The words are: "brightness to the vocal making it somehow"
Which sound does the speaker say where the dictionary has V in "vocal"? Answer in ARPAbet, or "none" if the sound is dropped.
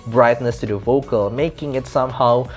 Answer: V